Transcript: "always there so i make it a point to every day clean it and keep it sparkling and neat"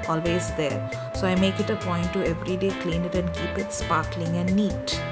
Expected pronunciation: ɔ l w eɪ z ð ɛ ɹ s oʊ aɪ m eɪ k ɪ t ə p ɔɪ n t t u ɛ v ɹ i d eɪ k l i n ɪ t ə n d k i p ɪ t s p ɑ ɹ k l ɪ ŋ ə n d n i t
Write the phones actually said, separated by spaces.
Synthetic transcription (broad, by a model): ɔ l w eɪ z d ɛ ɹ s oʊ aɪ m eɪ k ɪ t ə p ɔɪ n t t u ɛ v ɹ i d eɪ k l i n ɪ t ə n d k i p ɪ t s p ɑ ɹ k l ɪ ŋ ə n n i t